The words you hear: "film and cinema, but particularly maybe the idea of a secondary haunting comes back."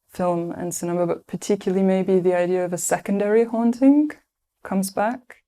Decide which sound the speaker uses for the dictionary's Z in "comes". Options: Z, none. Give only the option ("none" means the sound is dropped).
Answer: Z